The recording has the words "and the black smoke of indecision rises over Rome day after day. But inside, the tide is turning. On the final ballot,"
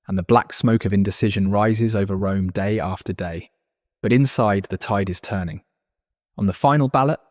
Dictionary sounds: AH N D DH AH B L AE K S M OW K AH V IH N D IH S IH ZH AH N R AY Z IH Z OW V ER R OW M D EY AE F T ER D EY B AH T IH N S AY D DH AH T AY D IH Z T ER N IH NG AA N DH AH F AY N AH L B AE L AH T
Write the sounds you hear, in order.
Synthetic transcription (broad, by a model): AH N DH AH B L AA K S M OW K AH V IH N D IH S IH ZH AH N R AY Z IH Z OW V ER R OW M D EY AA F T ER D EY B AH T IH N S AY D DH AH T AY D IH Z T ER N IH NG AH N DH AH F AY N AH L B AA L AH T